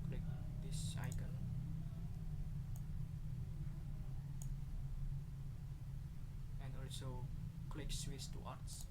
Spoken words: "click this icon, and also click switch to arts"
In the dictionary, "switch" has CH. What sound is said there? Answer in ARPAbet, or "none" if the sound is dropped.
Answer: S